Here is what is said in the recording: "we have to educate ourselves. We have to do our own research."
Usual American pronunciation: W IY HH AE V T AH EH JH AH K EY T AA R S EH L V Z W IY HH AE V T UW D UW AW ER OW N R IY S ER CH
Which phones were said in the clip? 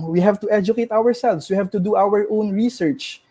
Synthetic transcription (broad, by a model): W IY HH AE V T AH EH JH AH K EY T AA R S EH L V S W IY HH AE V T UW D UW AW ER OW N R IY S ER CH